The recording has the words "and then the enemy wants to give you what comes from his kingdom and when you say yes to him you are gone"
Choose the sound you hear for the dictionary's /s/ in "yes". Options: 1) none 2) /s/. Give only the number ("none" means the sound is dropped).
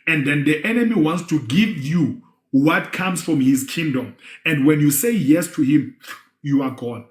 2